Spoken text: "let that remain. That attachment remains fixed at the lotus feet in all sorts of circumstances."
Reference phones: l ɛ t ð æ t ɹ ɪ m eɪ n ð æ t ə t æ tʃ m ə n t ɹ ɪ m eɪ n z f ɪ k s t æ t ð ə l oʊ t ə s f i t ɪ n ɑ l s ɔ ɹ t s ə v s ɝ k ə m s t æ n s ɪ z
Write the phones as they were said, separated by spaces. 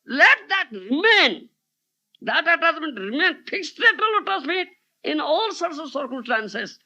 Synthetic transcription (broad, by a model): l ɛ t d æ t ɹ ɪ m eɪ n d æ t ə t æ s m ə n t ɹ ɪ m eɪ n f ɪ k s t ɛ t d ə l oʊ t ə s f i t ɪ n ɑ l s ɔ ɹ t s ə v s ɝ k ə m s t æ n s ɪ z